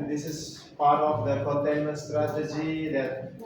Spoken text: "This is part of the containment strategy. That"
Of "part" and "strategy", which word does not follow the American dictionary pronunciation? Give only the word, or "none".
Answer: none